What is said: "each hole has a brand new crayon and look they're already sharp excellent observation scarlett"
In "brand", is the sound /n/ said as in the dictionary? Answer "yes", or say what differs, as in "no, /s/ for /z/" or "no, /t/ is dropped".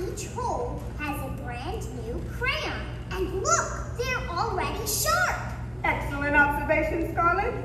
yes